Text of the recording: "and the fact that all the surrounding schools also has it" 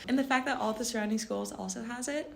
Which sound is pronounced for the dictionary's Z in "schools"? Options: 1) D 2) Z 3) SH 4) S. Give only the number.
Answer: 2